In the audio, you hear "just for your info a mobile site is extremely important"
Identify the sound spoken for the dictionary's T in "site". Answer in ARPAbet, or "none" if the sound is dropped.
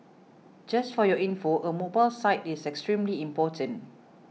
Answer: T